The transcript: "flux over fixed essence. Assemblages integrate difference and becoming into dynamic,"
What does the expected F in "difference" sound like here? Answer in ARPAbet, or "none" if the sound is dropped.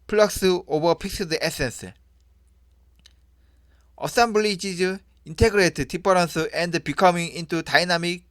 P